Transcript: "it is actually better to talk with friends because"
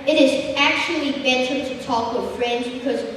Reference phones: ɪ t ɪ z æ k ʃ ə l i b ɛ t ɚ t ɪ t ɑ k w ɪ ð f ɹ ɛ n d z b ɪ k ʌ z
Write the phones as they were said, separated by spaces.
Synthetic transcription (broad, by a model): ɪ t ɪ z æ k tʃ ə l i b ɛ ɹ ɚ t ɪ t ɑ k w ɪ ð f ɹ ɛ n d z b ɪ k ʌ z